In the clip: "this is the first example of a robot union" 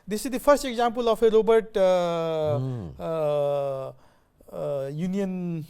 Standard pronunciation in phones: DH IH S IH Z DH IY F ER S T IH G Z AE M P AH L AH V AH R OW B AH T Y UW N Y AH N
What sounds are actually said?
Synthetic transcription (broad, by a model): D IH S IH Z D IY P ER S T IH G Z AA M P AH L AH F AH R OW B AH T Y UW N Y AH N